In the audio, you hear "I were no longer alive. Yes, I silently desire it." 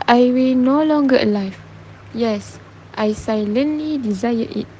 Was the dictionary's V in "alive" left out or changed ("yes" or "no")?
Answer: yes